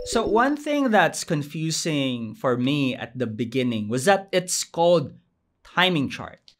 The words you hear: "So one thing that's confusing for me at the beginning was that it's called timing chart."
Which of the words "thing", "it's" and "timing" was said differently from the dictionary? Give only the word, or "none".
none